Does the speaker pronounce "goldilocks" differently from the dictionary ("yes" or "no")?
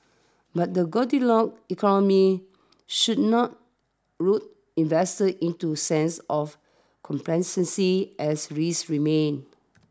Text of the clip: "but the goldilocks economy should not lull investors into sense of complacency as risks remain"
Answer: yes